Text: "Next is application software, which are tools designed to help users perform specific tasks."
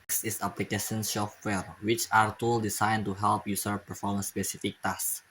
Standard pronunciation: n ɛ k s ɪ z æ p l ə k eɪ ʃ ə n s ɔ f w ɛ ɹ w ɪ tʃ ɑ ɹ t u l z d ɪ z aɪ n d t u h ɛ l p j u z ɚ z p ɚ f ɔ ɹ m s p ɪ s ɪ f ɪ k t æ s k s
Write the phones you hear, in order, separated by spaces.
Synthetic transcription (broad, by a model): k s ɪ s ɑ p l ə k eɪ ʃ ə n ʃ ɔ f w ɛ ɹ w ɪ tʃ ɑ ɹ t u l d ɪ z aɪ n t u h ɛ l p j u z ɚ p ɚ f ɔ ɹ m s p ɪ s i f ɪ k t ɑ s s